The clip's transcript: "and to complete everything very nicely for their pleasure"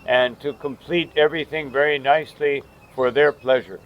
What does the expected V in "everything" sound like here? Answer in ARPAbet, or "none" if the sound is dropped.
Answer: V